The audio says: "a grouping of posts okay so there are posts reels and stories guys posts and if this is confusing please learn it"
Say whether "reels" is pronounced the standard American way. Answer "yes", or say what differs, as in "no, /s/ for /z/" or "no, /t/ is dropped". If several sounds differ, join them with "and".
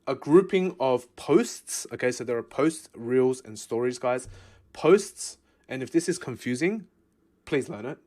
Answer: yes